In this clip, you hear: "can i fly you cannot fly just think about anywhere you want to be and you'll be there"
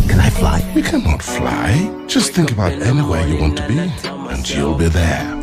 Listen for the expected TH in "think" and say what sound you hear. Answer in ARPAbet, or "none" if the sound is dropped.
TH